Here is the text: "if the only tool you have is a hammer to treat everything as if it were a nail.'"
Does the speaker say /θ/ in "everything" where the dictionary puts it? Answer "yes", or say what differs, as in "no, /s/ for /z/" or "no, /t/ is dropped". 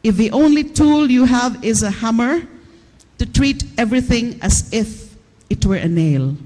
yes